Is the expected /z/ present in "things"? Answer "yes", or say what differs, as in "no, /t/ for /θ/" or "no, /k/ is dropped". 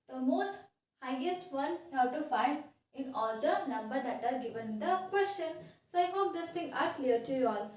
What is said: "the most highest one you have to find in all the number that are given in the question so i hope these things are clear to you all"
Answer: no, /z/ is dropped